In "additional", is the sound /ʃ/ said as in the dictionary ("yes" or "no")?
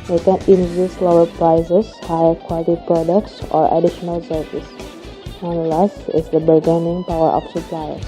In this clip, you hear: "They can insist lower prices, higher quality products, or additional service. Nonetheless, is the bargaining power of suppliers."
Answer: yes